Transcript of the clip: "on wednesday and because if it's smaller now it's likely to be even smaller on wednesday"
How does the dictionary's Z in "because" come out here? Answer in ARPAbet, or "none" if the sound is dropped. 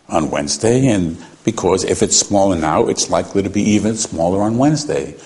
Z